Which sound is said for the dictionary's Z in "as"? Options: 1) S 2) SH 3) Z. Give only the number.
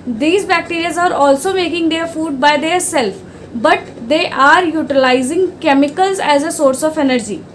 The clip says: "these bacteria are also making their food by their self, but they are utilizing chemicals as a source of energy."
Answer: 3